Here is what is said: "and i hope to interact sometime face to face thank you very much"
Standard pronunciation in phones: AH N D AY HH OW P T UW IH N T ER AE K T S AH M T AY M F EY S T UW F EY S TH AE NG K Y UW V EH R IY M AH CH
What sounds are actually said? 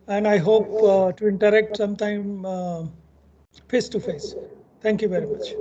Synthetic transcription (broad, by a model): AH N D AY HH OW P T UW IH N T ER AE K T S AH M T AY M F EY S T UW F EY S T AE NG K Y UW V EH R IY M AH CH